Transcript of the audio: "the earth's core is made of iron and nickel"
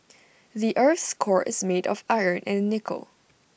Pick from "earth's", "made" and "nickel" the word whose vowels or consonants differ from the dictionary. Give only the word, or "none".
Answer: none